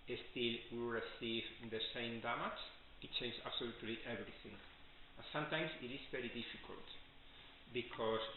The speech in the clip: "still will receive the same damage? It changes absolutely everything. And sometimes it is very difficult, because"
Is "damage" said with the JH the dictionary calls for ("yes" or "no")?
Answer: no